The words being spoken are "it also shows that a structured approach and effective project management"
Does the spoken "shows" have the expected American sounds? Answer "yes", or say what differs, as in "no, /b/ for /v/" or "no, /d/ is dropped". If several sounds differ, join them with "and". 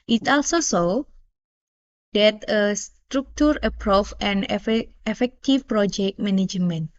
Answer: no, /s/ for /ʃ/